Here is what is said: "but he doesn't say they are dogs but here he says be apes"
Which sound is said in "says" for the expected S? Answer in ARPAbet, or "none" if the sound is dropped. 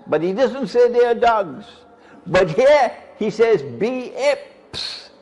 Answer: S